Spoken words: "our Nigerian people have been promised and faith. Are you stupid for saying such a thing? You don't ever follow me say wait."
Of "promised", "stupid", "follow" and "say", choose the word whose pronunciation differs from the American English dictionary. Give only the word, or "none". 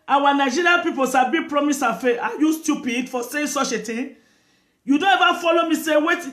promised